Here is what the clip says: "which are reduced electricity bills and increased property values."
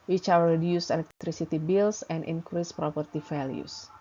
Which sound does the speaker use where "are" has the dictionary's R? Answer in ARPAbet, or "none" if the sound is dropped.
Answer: W